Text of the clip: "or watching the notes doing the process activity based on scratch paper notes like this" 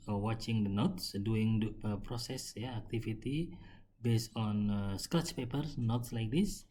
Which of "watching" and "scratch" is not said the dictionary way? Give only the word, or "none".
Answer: scratch